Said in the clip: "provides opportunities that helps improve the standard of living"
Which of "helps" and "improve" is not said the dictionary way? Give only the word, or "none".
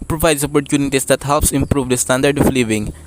none